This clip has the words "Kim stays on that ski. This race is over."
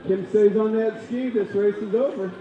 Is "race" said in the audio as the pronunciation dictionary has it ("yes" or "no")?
yes